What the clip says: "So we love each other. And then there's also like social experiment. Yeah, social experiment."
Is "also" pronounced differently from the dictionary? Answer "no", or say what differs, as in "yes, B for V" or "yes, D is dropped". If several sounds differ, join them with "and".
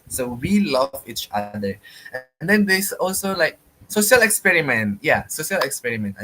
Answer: no